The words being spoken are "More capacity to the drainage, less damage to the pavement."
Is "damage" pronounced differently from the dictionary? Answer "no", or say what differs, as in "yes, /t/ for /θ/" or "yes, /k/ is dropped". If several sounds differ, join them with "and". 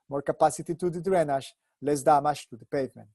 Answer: yes, /ʃ/ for /dʒ/